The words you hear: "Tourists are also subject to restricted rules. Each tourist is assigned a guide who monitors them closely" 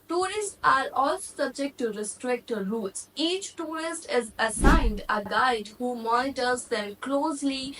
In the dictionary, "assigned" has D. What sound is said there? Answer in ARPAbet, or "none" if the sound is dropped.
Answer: D